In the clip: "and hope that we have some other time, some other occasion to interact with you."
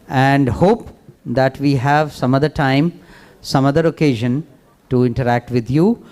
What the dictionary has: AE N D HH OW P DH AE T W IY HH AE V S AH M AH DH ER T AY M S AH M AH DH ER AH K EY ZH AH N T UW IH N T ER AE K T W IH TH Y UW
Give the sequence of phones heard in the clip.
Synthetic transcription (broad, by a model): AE N D HH OW P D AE T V IY HH AE V S AH M AH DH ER T AY M S AH M AH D ER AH K EY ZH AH N T UW IH N T ER AE K T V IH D Y UW